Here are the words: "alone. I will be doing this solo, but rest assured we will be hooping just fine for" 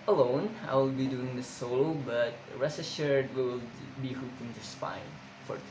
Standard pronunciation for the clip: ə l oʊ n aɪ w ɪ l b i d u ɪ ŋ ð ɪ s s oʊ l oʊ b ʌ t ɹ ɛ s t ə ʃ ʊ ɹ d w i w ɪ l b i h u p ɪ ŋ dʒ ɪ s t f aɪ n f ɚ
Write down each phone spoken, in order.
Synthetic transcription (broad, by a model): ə l oʊ n aɪ w ɪ l b i d u ɪ ŋ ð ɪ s s oʊ l oʊ b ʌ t ɹ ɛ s ə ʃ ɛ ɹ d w w ɪ l b i h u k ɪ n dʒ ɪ s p aɪ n f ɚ